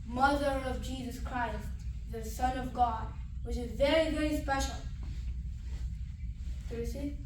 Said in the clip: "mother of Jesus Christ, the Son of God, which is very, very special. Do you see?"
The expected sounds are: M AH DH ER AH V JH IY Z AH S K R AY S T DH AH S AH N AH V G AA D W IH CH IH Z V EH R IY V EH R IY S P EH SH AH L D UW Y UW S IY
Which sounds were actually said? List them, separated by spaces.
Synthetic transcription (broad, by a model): M AH DH ER AH V JH IY Z AH S K R AY S T DH AH S AH N AH V G AA D W IH CH IH Z V EH R IY V EH R IY S P EH SH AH L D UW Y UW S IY